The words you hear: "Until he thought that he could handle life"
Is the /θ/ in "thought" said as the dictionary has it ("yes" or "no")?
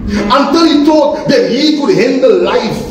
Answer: no